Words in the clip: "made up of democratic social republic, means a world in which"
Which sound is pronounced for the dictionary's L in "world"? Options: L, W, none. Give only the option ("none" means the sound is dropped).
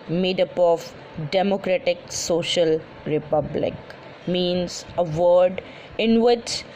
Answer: none